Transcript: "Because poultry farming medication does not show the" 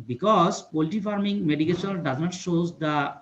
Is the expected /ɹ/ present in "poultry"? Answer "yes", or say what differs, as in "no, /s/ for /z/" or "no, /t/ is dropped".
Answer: no, /ɹ/ is dropped